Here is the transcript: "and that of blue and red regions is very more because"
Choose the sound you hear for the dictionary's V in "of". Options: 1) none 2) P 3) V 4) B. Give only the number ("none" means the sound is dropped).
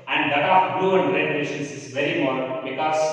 2